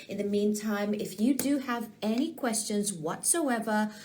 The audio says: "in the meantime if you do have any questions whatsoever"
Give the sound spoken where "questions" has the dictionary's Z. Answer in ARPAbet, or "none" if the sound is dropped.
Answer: Z